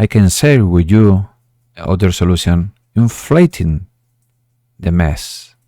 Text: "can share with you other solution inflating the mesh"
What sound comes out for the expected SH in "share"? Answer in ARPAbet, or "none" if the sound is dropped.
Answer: S